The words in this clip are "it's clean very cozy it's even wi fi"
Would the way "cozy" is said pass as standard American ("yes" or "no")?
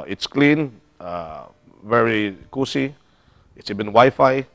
no